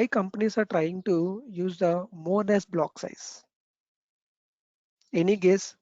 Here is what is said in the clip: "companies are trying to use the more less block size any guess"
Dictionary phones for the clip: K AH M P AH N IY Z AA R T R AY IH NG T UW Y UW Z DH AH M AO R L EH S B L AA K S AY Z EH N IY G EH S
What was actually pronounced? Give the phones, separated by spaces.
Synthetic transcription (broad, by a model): K AH M P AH N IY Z AA R T R AY IH NG T UW Y UW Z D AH M AO R N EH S B L AA K S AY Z EH N IY G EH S